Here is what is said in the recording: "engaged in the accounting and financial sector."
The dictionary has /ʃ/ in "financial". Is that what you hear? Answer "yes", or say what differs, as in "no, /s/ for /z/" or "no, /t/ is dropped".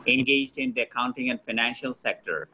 yes